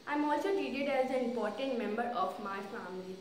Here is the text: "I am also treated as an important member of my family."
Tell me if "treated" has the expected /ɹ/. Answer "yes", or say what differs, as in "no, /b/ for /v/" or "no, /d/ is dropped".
no, /ɹ/ is dropped